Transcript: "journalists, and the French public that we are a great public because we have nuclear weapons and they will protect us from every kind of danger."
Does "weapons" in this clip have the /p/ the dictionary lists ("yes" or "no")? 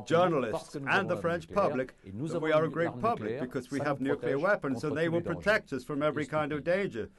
yes